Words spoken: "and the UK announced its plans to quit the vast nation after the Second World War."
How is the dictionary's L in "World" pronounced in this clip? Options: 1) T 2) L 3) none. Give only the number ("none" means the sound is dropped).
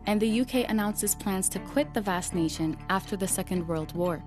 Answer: 2